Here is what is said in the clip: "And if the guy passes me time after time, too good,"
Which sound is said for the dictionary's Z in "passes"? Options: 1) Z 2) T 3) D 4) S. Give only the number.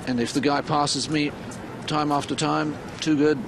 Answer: 1